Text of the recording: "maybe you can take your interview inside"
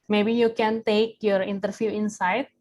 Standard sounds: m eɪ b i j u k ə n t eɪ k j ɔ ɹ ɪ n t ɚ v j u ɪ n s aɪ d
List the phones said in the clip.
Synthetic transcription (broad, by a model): m eɪ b i j u k ə n t eɪ k j ɔ ɹ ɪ n t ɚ f j u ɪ n s aɪ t